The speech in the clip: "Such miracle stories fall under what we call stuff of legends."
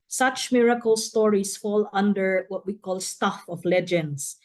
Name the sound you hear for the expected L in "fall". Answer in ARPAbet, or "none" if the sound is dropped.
L